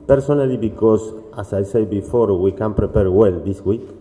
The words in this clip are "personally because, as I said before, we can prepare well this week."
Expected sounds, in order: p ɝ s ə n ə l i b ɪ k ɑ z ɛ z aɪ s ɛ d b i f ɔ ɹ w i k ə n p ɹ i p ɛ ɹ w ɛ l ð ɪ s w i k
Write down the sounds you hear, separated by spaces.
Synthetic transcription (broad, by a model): p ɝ s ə n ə l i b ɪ k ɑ s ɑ s aɪ s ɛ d b i f ɔ ɹ w i k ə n p ɹ i p ɛ ɹ w ɛ l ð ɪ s w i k